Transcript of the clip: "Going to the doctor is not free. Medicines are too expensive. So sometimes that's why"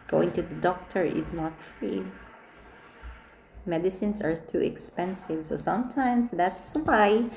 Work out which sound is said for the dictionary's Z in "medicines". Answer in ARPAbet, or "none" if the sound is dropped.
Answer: S